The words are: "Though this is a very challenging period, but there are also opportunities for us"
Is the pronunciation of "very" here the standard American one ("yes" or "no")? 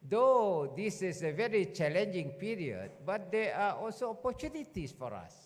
yes